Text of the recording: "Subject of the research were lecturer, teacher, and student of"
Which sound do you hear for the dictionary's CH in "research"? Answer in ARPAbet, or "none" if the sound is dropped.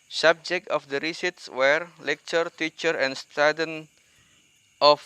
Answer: S